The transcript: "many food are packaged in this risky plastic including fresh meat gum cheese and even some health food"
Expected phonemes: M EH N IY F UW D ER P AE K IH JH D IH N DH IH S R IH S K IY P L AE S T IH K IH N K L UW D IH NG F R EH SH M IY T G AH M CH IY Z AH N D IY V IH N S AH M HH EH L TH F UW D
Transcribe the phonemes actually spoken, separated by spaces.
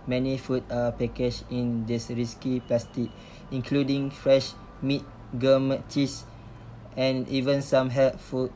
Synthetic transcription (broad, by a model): M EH N IY F UW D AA P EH K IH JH IH N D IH S R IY S K IY P L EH S T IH K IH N K L UW D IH NG F R EH SH M IY T G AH M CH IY S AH N IY V IH N S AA M HH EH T F UW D